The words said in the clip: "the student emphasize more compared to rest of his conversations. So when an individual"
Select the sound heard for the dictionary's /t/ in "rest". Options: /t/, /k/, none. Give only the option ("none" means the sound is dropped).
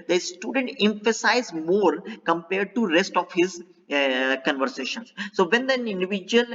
/t/